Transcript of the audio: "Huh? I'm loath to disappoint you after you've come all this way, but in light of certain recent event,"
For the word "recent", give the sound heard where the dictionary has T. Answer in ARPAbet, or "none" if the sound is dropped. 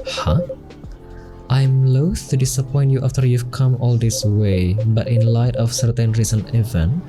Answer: none